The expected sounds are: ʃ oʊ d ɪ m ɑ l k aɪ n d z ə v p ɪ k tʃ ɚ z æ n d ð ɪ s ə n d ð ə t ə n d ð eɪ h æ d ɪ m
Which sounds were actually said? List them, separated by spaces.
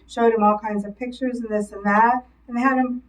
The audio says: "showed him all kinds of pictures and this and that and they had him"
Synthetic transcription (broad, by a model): ʃ oʊ d ɪ m ɑ l k aɪ n d z ə v p ɪ k tʃ ɚ z n ð ɪ s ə n ð ə t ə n ð eɪ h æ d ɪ m